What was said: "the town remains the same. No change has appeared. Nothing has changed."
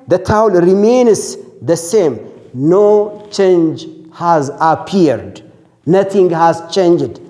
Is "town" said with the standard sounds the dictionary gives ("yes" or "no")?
no